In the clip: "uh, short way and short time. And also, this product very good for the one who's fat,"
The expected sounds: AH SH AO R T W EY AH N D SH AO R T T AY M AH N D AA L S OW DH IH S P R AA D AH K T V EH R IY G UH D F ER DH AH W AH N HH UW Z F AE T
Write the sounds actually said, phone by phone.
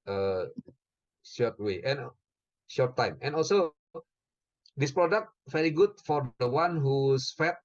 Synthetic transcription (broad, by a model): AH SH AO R T W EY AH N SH AO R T T AY M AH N AA L S OW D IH S P R AA D AH K T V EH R IY G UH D F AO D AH W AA N HH UW S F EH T